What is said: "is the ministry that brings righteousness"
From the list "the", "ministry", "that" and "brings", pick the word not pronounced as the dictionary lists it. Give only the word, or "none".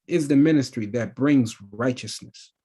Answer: none